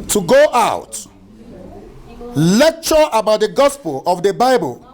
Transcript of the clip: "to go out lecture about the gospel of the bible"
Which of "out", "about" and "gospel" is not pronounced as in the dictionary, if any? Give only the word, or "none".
none